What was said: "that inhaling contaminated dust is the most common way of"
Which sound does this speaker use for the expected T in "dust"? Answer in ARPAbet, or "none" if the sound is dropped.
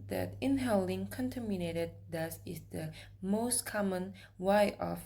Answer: none